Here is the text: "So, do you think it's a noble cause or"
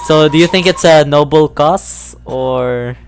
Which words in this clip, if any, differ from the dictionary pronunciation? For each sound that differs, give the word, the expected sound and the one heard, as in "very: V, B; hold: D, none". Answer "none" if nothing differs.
cause: Z, S